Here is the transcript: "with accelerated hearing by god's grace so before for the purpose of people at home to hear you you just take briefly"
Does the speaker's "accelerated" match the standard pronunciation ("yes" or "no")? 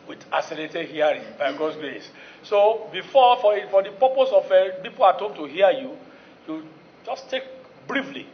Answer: no